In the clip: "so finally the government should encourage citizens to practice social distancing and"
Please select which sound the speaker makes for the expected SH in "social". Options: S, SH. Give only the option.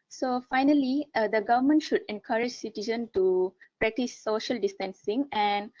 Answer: SH